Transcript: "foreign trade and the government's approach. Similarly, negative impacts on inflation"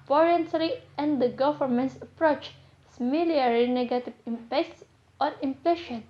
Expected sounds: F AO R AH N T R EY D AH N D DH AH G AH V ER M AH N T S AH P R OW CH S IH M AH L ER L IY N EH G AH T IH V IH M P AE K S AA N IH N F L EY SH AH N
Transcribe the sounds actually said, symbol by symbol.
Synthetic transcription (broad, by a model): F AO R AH N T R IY AH N D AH G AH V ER M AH N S AH P R OW CH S M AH L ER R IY N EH G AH T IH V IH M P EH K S AA N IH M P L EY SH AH N